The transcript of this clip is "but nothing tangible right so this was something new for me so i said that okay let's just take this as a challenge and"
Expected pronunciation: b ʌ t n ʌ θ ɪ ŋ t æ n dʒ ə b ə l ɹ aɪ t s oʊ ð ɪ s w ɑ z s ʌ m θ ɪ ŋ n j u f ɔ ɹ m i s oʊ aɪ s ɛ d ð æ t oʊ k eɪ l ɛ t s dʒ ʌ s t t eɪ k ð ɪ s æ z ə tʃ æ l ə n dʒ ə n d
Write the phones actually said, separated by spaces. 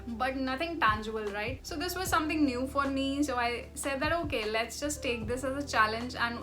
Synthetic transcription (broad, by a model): b ʌ t n ʌ t ɪ ŋ t æ n dʒ ə b ə l ɹ aɪ t s oʊ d ɪ s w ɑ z s ʌ m t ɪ ŋ n j u f ɔ ɹ m i s oʊ aɪ s ɛ d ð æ t oʊ k eɪ l ɛ t s dʒ ʌ s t t eɪ k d ɪ s æ z ə tʃ æ l ə n dʒ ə n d